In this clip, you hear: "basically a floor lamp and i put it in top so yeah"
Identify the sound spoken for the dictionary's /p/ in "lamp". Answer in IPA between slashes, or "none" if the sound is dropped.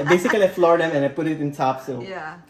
none